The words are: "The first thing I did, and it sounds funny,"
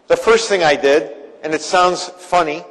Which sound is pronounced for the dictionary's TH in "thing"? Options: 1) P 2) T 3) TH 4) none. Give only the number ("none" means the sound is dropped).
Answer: 3